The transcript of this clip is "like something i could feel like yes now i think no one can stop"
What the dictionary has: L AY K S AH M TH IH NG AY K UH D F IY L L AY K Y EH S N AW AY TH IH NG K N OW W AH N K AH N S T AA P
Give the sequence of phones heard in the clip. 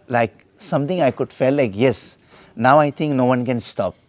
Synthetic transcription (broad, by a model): L AY K S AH M T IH NG AY K UH D F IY L L AY K Y EH S N AW AY T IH NG K N OW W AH N K AH N S T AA P